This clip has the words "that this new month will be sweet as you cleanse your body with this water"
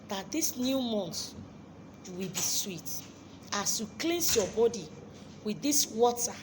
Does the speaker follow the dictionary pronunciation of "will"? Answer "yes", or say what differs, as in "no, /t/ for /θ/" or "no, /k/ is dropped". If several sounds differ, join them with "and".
no, /w/ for /l/